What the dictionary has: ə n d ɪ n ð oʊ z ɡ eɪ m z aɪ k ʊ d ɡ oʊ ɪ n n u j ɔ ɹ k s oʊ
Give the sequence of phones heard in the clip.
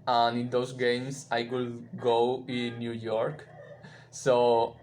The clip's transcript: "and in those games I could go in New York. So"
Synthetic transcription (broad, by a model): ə n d ɪ n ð oʊ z ɡ eɪ m s aɪ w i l ɡ oʊ ɪ n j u j ɔ ɹ k s oʊ